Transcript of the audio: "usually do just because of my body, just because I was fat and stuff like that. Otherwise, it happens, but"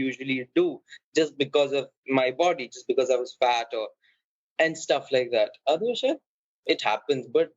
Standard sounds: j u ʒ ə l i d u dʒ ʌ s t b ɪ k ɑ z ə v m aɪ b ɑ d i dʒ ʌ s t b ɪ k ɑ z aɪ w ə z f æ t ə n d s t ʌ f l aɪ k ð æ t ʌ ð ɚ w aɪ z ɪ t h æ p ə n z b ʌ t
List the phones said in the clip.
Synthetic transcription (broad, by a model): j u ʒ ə l i d u dʒ ʌ s t b ɪ k ɑ z ə v m aɪ b ɑ d i dʒ ʌ s t b ɪ k ɑ z aɪ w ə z f æ t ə n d s t ʌ f l aɪ k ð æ t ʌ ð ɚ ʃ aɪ ɪ t h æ p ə n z b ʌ t